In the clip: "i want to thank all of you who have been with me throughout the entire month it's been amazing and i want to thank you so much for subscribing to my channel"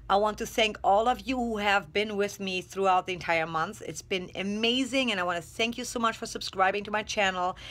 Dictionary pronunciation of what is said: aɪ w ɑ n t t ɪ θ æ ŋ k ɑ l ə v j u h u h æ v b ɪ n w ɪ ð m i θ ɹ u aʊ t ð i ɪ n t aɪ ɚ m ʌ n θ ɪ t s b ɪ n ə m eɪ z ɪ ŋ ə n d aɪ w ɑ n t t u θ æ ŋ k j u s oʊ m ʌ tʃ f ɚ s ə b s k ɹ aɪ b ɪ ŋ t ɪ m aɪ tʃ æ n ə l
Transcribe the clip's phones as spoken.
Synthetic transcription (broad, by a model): aɪ w ɑ n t t ɪ θ æ ŋ k ɑ l ə v j u h u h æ v b ɪ n w ɪ ð m i θ ɹ u aʊ t ð i ɪ n t aɪ ɚ m ʌ n θ ɪ t s b ɪ n ə m eɪ z ɪ ŋ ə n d aɪ w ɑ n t t u θ æ ŋ k j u s oʊ m ʌ tʃ f ɚ s ə b s k ɹ aɪ b ɪ ŋ t ɪ m aɪ tʃ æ n l